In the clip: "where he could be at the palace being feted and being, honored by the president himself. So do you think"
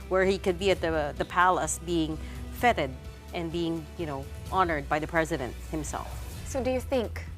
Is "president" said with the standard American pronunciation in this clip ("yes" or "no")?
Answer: yes